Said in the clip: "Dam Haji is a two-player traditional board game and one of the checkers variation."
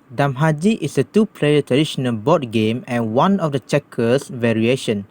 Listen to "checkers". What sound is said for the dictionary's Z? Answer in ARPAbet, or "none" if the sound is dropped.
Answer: S